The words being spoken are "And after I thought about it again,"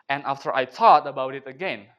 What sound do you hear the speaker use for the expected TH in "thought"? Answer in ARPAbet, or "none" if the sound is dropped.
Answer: T